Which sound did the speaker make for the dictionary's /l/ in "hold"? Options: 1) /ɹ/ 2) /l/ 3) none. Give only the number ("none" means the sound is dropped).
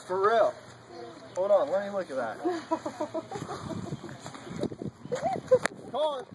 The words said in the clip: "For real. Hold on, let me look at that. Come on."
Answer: 3